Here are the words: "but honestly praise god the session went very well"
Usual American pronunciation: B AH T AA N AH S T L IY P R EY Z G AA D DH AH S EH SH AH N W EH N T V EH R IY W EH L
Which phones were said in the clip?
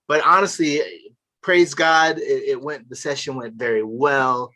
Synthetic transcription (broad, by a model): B AH T AA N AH S T L IY P R EY Z G AA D DH AH S EH SH AH N W EH N T V EH R IY W EH L